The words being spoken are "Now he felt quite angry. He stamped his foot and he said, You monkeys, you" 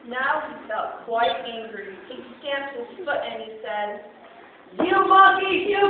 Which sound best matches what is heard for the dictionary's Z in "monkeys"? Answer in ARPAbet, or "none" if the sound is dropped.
none